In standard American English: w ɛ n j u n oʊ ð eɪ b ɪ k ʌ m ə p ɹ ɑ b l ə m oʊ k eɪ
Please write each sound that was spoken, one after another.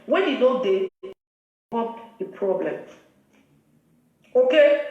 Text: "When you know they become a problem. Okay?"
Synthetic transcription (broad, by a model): w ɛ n j u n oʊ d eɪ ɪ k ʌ ə p ɹ ɑ b l ə m oʊ k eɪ